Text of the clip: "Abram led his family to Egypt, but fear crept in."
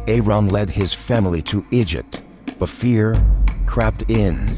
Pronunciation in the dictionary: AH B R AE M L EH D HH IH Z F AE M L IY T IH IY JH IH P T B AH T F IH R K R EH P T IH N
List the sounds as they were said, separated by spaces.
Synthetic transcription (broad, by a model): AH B R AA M L EH D IH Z F AE M L IY T IH IY JH IH P T B AH T F IH R K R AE P T IH N